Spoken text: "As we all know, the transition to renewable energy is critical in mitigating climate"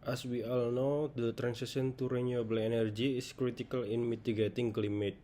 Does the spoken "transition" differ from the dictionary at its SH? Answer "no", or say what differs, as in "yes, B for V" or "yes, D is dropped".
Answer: yes, S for SH